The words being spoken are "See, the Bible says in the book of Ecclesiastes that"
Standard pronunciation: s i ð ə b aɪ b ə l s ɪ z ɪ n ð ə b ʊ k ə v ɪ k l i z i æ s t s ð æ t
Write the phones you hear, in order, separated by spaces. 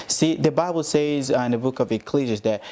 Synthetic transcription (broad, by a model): s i ð ə b aɪ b l s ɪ z ɪ n ð ə b ʊ k ə v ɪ k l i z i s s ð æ t